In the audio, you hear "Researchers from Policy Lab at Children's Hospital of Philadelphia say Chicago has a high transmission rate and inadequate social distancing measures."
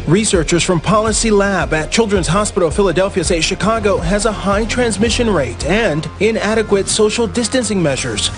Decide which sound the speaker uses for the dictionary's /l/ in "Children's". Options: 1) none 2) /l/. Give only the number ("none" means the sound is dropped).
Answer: 2